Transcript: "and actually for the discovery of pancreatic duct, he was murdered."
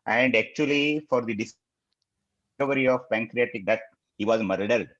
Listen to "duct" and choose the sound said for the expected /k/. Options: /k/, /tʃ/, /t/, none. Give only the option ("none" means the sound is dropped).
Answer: none